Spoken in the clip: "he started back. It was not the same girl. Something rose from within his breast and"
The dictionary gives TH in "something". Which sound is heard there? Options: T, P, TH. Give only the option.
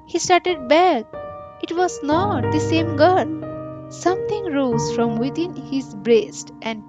T